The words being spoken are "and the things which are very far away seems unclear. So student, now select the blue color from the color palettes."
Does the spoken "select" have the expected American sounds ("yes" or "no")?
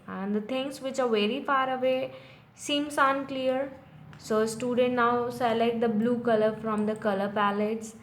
no